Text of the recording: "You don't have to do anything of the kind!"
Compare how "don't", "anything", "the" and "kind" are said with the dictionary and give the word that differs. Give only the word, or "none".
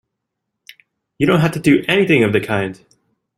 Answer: none